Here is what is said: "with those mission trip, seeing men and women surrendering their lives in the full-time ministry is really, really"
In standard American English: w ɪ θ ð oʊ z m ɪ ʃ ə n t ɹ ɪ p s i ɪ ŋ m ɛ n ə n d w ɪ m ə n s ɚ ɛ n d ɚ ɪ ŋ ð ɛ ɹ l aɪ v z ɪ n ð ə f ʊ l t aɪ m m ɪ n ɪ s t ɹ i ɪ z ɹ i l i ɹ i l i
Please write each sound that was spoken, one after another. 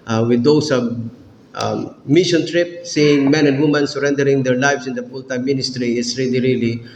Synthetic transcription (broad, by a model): w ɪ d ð oʊ s m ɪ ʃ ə n t ɹ ɪ p s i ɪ ŋ m ɛ n ə n d w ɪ m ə n s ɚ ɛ n d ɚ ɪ ŋ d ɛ ɹ l aɪ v s ɪ n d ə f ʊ l t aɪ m m ɪ n ɪ s t ɹ i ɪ s ɹ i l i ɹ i l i